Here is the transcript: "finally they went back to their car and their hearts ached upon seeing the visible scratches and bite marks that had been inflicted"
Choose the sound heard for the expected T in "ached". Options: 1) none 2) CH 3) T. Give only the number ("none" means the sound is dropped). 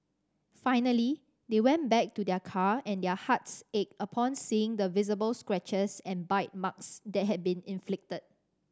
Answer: 1